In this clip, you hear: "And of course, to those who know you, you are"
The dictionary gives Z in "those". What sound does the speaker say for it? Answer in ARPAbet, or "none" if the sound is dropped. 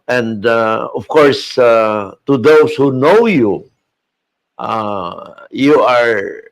S